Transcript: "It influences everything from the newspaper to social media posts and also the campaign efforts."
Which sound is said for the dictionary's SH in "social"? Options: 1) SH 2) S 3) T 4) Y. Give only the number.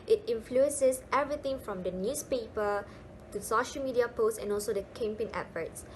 1